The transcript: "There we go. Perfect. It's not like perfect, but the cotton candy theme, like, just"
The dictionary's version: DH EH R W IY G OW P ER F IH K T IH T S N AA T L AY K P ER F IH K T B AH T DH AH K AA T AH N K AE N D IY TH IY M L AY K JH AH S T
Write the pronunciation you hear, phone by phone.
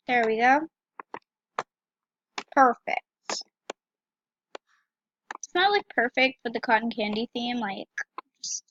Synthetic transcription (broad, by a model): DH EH R W IY G OW P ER F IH K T IH T S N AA T L AY K P ER F IH K T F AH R DH AH K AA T N K AE N D IY TH IY M L AY K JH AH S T